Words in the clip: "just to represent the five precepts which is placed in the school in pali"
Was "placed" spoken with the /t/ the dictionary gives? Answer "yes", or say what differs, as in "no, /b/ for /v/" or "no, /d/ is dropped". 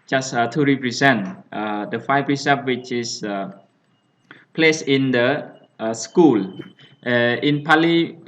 no, /t/ is dropped